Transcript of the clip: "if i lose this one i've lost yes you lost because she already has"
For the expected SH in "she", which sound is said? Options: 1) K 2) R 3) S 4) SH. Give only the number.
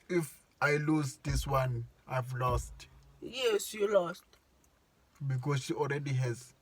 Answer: 4